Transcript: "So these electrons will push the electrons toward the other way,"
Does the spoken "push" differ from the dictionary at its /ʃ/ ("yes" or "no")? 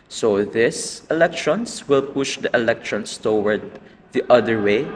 no